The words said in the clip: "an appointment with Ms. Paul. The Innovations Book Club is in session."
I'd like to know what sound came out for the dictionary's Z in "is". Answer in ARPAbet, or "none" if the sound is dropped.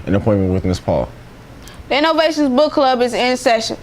Z